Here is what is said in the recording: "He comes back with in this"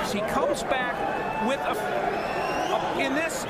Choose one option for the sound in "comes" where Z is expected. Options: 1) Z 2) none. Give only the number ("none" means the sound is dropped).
1